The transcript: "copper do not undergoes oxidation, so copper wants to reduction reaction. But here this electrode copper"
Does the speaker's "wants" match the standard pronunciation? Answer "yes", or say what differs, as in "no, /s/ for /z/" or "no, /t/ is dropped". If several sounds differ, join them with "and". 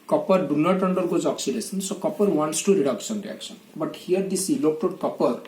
yes